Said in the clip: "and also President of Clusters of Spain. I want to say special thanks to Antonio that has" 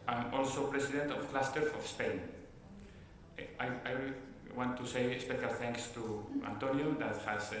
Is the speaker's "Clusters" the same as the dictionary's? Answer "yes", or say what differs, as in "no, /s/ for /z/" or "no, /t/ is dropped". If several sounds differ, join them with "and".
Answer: no, /z/ is dropped